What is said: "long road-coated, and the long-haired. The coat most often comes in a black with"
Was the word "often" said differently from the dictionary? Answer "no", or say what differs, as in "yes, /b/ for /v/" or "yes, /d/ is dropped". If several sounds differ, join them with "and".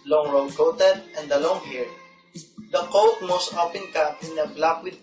yes, /p/ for /f/